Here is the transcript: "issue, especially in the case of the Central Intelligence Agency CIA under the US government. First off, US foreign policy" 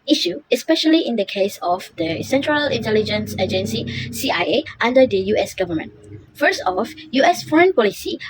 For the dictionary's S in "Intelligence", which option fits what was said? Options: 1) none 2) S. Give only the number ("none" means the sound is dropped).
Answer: 2